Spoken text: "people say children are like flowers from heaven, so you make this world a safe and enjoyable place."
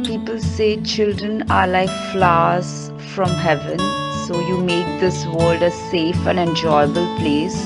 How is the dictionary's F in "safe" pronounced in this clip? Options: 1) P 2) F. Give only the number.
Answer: 2